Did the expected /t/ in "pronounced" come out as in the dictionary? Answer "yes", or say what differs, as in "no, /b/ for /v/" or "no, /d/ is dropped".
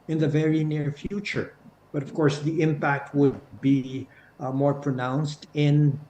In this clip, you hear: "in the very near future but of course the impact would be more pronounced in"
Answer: yes